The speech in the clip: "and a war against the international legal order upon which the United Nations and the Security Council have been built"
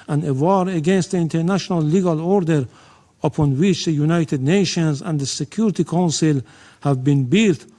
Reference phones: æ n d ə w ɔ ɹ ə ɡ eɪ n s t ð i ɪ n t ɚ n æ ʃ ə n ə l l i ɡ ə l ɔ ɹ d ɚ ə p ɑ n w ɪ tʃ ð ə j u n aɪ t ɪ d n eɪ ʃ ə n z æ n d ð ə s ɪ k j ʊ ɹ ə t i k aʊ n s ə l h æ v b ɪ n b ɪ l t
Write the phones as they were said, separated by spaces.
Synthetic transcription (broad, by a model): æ n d ə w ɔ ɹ ə ɡ eɪ n s t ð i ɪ n t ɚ n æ ʃ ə n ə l l i ɡ ə l ɔ ɹ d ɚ ə p ɑ n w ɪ tʃ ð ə j u n aɪ t ɪ d n eɪ ʃ ə n z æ n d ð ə s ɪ k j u ɹ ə t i k aʊ n s ə l h æ v b ɪ n b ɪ l t